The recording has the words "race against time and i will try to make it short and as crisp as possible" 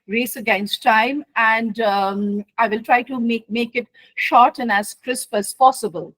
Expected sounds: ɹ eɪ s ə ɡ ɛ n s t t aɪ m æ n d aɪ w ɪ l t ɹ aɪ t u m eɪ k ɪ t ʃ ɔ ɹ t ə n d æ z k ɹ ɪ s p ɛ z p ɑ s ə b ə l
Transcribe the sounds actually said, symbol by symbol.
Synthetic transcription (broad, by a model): ɹ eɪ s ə ɡ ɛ n s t t aɪ m æ n d aɪ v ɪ l t ɹ aɪ t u m eɪ k ɪ t ʃ ɔ ɹ t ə n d æ z k ɹ ɪ s p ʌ s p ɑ s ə b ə l